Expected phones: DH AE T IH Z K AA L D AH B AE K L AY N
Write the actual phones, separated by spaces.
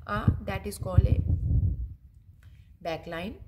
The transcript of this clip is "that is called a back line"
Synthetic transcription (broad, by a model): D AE T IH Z K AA L AH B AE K L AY N